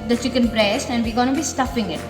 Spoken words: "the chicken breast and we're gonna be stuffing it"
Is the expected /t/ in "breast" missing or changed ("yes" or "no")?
no